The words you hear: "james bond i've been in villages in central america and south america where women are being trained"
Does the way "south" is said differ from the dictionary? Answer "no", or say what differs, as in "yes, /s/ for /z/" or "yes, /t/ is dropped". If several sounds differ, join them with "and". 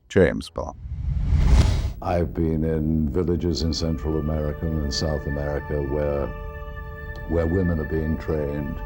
no